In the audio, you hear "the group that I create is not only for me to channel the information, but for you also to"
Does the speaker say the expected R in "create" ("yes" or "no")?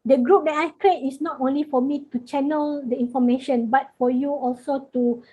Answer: yes